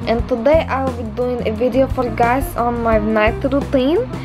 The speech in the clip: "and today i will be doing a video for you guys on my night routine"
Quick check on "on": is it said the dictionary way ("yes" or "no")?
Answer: yes